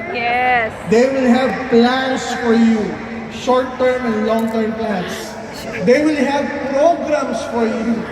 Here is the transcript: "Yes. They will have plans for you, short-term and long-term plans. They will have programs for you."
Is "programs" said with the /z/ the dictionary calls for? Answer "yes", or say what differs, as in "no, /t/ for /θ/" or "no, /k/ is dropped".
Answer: no, /s/ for /z/